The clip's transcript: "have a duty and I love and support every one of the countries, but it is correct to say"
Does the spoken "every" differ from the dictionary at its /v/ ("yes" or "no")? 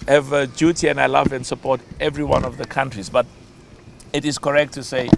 no